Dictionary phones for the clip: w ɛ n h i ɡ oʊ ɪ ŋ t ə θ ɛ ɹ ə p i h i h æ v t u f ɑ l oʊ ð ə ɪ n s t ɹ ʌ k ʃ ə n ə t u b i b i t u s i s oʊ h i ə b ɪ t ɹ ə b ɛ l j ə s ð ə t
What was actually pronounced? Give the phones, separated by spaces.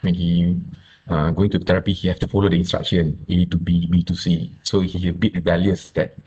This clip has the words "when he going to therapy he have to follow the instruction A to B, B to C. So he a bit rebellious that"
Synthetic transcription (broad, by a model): w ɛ n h i ɡ oʊ ɪ ŋ t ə t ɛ ɹ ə p i h i h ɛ f t u f ɑ l oʊ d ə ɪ n s t ɹ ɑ k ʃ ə n ə t u b i b i t u s i s oʊ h i ə b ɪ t ɹ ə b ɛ l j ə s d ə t